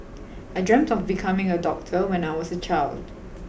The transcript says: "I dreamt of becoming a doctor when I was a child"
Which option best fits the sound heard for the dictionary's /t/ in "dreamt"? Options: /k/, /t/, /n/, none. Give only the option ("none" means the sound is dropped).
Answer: /t/